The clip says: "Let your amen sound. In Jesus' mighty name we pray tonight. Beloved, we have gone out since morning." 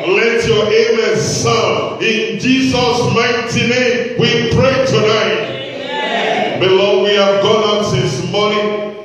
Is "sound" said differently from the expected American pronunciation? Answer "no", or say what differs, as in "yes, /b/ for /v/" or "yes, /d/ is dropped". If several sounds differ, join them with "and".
yes, /d/ is dropped